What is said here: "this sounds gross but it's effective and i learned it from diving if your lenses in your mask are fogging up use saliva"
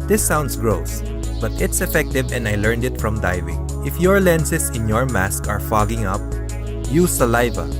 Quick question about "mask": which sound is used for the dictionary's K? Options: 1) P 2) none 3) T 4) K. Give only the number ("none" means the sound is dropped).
4